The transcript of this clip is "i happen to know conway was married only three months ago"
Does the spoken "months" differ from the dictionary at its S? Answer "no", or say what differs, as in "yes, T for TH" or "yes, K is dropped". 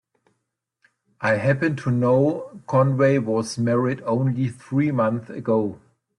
yes, S is dropped